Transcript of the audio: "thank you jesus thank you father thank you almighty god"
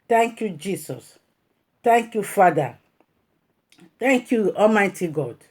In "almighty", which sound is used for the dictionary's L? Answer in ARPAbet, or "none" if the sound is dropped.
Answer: none